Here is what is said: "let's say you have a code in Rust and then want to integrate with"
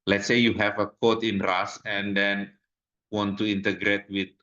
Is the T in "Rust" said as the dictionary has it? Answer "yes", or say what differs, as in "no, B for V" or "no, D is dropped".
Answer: no, T is dropped